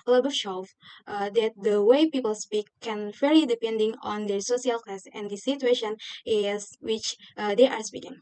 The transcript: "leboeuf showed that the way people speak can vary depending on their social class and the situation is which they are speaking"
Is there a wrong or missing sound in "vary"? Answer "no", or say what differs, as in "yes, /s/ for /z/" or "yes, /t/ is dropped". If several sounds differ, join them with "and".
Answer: yes, /f/ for /v/